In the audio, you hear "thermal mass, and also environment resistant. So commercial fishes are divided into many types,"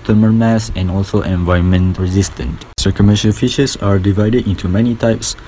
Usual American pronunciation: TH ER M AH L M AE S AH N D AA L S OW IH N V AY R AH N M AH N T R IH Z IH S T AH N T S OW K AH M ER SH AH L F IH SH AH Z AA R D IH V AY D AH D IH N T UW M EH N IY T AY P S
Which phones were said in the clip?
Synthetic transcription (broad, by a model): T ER M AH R M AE S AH N AA L S OW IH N V AY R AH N M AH N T R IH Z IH S T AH N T S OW K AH M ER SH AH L F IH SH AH S AA R D IH V AY D AH D IH N T UW M EH N IY T AY P S